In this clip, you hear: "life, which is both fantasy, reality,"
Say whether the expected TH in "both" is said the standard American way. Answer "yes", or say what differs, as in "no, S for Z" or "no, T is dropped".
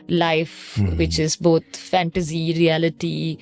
no, T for TH